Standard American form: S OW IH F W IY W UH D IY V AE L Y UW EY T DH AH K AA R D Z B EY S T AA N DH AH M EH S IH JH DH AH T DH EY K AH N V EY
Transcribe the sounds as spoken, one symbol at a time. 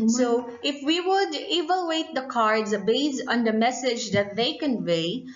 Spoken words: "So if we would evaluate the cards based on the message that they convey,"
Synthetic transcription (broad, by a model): S OW IH F W IY W UH D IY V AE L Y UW EY T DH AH K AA R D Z B EY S AA N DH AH M EH S IH JH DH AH T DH EY K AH N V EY